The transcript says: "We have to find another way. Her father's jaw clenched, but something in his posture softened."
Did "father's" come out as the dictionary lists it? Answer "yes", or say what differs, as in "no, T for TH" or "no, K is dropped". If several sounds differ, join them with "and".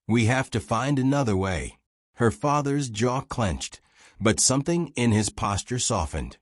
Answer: yes